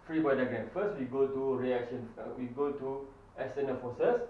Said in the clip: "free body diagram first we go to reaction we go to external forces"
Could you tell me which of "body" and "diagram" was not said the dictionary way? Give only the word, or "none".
diagram